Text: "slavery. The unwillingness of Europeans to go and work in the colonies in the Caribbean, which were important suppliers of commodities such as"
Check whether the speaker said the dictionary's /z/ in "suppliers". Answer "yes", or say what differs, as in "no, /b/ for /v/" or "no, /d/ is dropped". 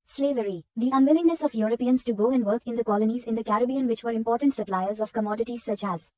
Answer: yes